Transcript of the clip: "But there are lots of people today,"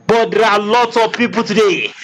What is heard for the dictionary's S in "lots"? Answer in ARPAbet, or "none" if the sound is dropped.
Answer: none